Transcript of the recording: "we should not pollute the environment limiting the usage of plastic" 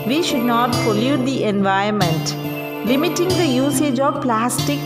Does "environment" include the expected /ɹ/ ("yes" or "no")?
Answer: no